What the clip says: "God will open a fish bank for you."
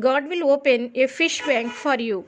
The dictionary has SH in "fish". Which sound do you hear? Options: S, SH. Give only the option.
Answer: SH